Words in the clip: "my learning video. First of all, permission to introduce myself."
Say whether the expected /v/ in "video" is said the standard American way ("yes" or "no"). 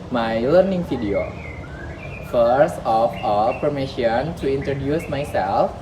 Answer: no